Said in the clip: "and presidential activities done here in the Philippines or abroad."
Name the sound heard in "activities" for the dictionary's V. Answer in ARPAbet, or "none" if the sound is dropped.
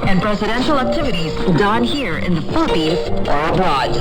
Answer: V